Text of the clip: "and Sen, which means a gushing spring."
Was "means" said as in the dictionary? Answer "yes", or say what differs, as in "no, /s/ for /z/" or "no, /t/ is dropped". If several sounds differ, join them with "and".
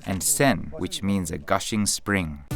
yes